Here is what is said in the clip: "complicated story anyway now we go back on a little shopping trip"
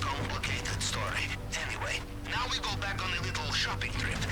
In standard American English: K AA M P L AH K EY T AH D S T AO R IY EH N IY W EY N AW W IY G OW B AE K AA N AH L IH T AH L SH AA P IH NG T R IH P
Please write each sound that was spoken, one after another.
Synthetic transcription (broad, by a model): K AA M P L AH K EY T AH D S T AO R IY EH N IY W EY N AW W IY G OW B AE K N AH L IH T L SH AA P IH NG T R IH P